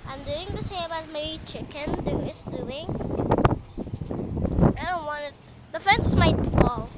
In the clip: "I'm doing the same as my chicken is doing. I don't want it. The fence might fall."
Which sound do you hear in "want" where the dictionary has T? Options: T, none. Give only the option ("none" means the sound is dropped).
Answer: none